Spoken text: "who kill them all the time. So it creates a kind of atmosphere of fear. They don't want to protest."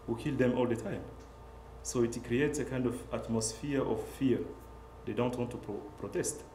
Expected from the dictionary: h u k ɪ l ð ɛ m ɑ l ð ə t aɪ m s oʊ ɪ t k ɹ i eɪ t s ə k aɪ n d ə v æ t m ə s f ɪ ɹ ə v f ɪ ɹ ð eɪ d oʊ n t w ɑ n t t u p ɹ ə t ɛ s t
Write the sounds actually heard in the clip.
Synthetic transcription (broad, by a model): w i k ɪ l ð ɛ m ɑ l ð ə t aɪ m s oʊ ɪ t k ɹ i eɪ t s ə k aɪ n d ə v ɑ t m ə s f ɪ ɹ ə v f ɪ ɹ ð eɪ d oʊ n t w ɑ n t t u p ɹ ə t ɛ s t